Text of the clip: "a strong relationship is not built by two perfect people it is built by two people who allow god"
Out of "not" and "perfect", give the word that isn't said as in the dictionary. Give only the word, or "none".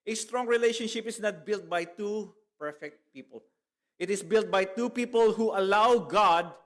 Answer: none